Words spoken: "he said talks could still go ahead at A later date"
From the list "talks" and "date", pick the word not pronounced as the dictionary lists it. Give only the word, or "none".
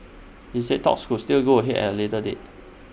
none